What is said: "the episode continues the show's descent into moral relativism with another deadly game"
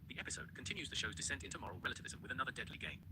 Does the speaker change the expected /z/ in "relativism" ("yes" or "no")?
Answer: no